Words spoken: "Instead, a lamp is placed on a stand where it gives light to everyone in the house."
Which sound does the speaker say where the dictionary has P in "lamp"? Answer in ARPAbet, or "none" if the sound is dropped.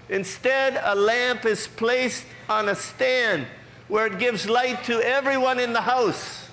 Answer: P